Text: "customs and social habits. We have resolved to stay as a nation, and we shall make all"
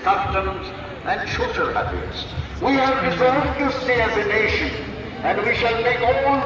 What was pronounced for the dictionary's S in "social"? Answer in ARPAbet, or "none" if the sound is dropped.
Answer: SH